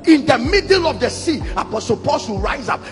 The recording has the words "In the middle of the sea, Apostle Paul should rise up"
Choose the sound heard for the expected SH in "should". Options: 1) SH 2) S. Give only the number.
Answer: 2